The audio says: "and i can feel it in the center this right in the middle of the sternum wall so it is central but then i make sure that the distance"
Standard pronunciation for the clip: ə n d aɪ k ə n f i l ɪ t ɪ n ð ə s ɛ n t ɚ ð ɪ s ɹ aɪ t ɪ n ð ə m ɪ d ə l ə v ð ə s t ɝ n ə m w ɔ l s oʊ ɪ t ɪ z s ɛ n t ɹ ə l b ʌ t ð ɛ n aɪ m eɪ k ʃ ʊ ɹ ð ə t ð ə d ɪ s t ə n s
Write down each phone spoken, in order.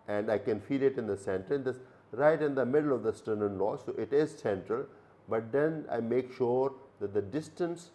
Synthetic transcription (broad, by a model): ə n d aɪ k ə n f i l ɪ t ɪ n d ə s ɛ n t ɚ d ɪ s ɹ aɪ t ɪ n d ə m ɪ d ə l ə v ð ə s t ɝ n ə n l ɔ s oʊ ɪ t ɪ z s ɛ n t ɹ ə l b ʌ t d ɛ n aɪ m eɪ k ʃ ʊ ɹ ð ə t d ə d ɪ s t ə n s